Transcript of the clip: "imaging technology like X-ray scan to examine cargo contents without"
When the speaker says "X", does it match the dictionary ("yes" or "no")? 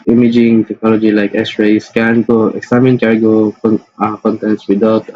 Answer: no